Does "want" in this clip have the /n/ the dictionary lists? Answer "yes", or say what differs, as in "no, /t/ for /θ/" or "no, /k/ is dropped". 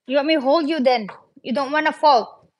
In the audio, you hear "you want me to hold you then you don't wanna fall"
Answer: no, /n/ is dropped